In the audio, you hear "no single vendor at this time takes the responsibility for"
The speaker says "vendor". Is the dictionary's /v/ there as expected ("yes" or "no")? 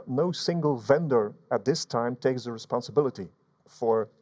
yes